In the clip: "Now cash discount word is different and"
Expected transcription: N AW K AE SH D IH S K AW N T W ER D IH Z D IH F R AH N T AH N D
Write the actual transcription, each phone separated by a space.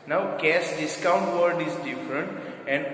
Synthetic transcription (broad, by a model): N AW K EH S D IH S K AW N T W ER D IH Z D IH F R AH N T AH N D